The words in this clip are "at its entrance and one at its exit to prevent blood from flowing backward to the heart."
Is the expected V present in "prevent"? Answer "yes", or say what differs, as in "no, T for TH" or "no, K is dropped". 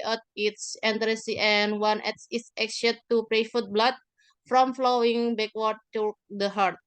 no, F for V